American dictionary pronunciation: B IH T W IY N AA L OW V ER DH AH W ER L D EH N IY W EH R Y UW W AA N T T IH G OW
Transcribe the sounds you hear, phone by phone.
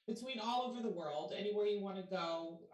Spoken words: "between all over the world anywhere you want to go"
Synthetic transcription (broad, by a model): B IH T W IY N AA L OW V ER DH AH W ER L D EH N IY W EH R Y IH W AA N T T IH G OW